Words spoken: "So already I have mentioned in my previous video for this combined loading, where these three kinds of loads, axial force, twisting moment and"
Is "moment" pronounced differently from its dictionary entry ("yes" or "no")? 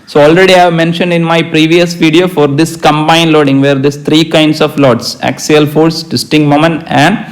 yes